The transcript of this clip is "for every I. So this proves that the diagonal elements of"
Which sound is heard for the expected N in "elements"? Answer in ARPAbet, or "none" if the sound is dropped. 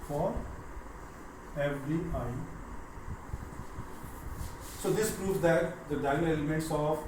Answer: N